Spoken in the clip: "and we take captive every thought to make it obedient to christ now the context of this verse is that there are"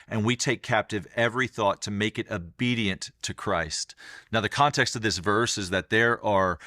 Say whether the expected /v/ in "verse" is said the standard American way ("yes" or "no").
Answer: yes